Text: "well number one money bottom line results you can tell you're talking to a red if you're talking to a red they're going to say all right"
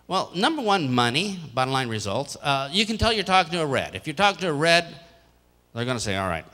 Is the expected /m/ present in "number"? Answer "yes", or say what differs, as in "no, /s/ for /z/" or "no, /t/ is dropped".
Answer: yes